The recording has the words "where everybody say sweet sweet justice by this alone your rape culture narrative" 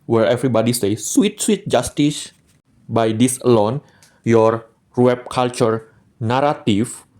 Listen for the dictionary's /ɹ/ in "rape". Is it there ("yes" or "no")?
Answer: no